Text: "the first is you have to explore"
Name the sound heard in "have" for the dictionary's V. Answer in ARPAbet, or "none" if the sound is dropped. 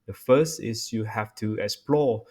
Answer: F